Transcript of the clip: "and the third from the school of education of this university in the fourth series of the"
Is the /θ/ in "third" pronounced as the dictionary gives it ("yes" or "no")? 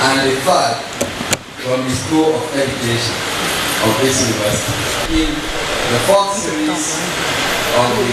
no